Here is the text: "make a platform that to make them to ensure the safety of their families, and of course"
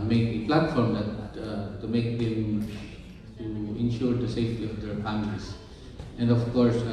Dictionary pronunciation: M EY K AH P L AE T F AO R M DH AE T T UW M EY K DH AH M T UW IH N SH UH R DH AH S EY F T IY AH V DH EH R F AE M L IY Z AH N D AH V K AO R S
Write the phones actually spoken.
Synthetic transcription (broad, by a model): M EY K AH P L AE T F AO R M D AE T T UW M EY K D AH M T UW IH N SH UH R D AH S EY F T IY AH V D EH R P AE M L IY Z AH N D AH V K AO R S